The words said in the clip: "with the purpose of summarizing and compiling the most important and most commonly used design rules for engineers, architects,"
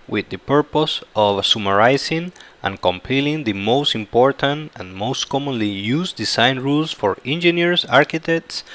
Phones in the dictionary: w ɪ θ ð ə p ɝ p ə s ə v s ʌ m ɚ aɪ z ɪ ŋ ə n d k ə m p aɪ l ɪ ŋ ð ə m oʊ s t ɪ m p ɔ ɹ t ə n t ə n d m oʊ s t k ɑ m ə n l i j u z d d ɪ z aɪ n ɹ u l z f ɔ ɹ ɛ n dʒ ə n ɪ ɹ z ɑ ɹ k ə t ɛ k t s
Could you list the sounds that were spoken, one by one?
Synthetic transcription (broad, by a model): w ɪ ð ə p ɝ p ə s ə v s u m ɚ aɪ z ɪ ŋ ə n k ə m p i l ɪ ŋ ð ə m oʊ s t ɪ m p ɔ ɹ t ə n t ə n m oʊ s t k ɑ m ə n l i j u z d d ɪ s aɪ n ɹ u l s f ɔ ɹ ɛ n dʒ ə n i ɹ s ɑ ɹ k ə t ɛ k t s